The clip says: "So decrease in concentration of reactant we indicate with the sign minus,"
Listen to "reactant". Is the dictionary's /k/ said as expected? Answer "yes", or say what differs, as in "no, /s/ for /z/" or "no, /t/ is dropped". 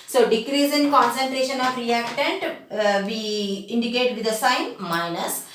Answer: yes